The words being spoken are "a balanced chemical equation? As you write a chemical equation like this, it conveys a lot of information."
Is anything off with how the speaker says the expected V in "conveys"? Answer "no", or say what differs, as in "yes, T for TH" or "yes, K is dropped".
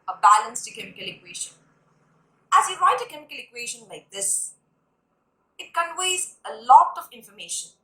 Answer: yes, W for V